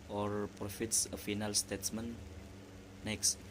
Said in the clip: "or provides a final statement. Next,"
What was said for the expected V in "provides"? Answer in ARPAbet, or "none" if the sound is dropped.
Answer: F